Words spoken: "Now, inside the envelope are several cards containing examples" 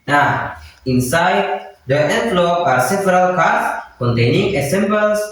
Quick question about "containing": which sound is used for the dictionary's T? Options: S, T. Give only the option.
T